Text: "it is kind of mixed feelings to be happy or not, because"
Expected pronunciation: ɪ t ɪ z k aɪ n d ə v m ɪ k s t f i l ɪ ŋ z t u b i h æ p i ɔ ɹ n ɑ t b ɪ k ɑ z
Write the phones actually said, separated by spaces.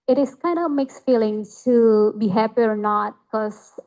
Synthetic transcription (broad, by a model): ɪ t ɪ s k aɪ n d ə m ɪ k s f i l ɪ ŋ t u b i h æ p i ɔ ɹ n ɑ t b k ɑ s